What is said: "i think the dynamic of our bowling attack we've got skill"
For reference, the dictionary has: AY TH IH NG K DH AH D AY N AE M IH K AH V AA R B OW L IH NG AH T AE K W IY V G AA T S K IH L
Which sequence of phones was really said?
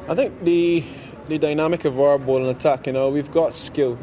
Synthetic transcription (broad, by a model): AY TH IH NG K DH AH D AY N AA M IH K AH V AA R B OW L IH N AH T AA K W IY V G AA T S K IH L